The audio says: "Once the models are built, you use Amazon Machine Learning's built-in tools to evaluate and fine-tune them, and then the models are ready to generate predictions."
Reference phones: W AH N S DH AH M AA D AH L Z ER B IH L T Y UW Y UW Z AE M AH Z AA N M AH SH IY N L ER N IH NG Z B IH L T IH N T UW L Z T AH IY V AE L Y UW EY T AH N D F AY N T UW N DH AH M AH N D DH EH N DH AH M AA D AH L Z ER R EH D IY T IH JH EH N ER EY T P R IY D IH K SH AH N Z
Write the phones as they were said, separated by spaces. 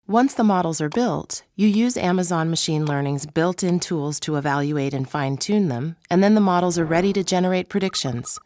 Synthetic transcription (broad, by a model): W AH N S DH AH M AA D L Z ER B IH L T Y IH Y UW Z AE M AH Z AA N M AH SH IY N L ER N IH NG Z B IH L T IH N T UW L Z T AH IY V AE L Y UW EY T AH N F AY N T UW N DH AH M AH N DH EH N DH AH M AA D L Z ER R EH D IY T IH JH EH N ER EY T P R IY D IH K SH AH N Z